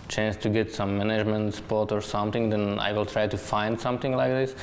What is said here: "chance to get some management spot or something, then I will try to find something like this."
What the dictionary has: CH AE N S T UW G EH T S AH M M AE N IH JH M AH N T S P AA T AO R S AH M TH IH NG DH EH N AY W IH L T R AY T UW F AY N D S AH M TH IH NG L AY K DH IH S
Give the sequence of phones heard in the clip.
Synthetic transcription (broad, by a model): CH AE N S T UW G EH T S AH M M AE N IH JH M AH N T S P AA T AO R S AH M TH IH NG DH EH N AY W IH L T R AY T UW F AY N D S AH M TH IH NG L AY K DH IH S